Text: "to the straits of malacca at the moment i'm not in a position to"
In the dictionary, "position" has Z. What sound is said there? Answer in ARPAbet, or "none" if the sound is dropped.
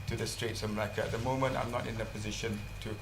Z